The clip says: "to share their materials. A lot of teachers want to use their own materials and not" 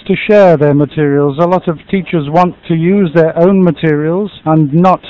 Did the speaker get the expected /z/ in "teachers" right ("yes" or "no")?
yes